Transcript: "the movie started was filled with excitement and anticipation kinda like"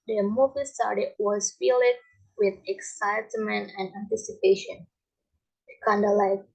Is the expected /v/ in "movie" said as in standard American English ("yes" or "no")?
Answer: yes